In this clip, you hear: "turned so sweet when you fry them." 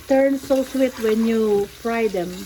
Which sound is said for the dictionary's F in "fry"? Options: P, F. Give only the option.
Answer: P